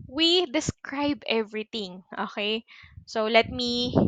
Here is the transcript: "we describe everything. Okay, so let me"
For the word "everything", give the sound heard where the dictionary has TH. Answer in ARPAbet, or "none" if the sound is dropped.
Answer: T